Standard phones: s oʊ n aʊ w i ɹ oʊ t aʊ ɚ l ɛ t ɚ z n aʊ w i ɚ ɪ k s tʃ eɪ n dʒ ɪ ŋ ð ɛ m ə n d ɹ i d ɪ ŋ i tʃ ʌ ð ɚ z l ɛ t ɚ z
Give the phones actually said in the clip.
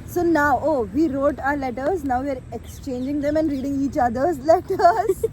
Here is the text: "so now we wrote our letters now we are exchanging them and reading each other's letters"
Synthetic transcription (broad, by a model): s oʊ n aʊ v i ɹ oʊ t aʊ ɚ l ɛ t ɚ z n aʊ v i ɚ ɪ k s tʃ eɪ n dʒ ɪ ŋ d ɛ m ə n d ɹ i d ɪ ŋ i tʃ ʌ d ɚ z l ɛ t ɚ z